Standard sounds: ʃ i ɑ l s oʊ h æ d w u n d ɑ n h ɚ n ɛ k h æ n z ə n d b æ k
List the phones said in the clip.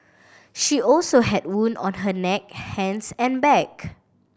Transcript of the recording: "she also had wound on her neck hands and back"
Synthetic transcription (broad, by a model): ʃ i ɑ l s oʊ h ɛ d w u n ɑ n h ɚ n ɛ k h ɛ n s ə n b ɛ k